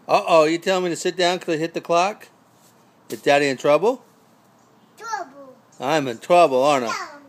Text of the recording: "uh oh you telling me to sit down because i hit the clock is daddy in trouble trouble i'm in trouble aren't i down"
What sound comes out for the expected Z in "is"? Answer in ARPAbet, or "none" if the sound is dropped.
S